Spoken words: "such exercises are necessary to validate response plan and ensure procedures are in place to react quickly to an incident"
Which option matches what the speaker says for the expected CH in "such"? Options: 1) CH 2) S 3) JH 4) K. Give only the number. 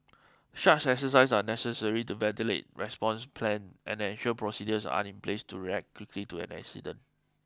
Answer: 2